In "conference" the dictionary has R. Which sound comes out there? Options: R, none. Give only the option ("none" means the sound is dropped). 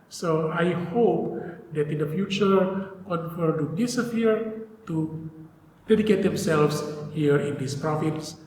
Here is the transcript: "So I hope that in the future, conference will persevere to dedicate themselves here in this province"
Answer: none